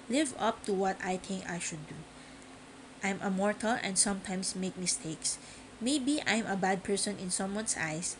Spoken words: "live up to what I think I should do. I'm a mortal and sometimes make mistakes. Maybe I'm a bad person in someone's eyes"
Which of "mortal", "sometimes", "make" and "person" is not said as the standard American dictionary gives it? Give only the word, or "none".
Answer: sometimes